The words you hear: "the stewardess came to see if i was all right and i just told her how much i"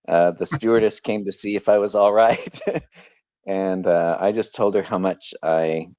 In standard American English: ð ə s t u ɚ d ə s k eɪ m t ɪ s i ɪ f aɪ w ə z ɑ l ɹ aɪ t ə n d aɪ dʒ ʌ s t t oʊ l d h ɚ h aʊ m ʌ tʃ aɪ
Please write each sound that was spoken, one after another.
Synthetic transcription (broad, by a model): ð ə s t u ɚ d ə s k eɪ m t ɪ s i ɪ f aɪ w ə z ɑ l ɹ aɪ t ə n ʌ aɪ dʒ ʌ s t t oʊ l d ɚ h aʊ m ʌ tʃ aɪ